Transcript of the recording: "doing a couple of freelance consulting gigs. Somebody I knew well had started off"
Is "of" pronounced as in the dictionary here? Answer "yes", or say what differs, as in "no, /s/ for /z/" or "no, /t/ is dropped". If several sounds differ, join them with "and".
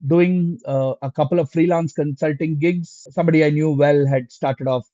yes